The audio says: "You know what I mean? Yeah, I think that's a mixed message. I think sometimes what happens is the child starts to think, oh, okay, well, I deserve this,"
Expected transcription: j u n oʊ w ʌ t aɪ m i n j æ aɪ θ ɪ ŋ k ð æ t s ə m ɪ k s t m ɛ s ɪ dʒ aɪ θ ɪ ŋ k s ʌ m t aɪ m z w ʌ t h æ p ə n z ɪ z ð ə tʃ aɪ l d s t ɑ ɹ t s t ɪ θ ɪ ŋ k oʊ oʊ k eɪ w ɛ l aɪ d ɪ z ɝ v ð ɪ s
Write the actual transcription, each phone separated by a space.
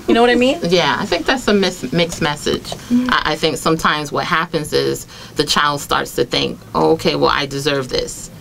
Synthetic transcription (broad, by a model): j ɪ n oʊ w ʌ t aɪ m i n j æ aɪ θ ɪ ŋ k ð æ t s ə m ɪ k s m ɛ s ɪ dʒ aɪ θ ɪ ŋ k s ʌ m t aɪ m z w ʌ t h æ p ə n z ɪ z ð ə tʃ aɪ l d s t ɑ ɹ t s t ɪ θ ɪ ŋ k oʊ oʊ k eɪ w ɛ l aɪ d ɪ z ɝ v ð ɪ s